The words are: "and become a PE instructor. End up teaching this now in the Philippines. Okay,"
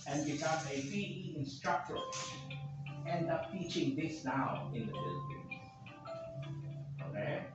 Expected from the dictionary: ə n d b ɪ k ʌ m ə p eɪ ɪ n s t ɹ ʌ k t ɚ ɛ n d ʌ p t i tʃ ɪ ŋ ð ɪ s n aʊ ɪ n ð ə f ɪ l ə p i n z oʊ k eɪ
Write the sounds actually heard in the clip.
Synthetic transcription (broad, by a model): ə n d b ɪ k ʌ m ə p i ɪ n s t ɹ ʌ k t ɚ ɛ n d ʌ p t i tʃ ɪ ŋ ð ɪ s n aʊ ɪ n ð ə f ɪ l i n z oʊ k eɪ